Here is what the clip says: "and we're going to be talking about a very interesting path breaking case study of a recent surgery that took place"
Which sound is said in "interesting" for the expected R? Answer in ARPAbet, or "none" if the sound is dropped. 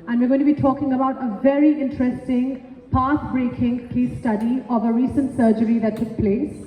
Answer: R